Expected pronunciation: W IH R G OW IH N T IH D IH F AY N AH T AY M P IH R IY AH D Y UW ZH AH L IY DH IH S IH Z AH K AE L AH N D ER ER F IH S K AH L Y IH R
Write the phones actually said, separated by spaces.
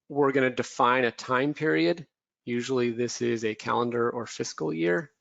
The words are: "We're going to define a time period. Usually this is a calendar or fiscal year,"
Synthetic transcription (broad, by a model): W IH R G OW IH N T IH D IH F AY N AH T AY M P IH R IY AH D Y UW ZH L IY DH IH S IH Z AH K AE L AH N D ER ER F IH S K L Y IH R